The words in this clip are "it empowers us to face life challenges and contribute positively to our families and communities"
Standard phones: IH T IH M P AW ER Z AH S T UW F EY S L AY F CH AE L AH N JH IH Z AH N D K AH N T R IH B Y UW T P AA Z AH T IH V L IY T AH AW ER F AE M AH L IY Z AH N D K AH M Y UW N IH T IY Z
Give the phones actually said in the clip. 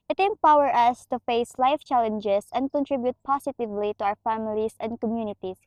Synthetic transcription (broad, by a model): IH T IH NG P AW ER AH S T UW F EY S L AY F CH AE L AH N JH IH S AH N D K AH N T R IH B Y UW T P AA S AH T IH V L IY T AH AW ER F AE M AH L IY S AH N D K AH M Y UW N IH T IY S